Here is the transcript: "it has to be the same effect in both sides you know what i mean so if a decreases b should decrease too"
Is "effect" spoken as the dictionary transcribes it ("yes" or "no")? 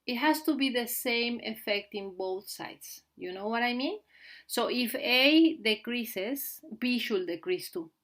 yes